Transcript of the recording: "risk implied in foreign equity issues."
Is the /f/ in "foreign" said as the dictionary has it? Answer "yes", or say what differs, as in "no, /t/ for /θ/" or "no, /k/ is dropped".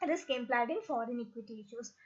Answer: yes